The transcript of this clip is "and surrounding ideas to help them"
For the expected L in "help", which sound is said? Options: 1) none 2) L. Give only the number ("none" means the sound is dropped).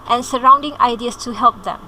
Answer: 2